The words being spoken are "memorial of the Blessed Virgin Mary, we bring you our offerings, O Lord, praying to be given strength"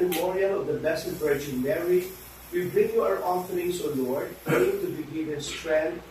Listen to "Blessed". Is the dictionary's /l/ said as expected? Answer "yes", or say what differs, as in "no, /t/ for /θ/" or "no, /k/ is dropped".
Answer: no, /l/ is dropped